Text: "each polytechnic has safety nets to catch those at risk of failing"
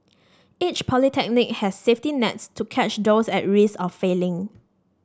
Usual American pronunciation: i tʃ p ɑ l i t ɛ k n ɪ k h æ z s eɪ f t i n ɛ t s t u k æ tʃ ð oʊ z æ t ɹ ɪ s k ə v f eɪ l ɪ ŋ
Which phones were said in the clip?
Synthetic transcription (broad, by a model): i tʃ p ɑ l i t ɛ k n ɪ k h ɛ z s eɪ f t i n ɛ t s t u k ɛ tʃ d oʊ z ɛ t ɹ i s ə f eɪ l ɪ ŋ